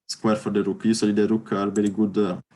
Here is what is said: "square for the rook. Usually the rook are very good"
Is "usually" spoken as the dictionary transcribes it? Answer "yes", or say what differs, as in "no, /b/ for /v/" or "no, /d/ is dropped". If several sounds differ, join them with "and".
no, /s/ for /ʒ/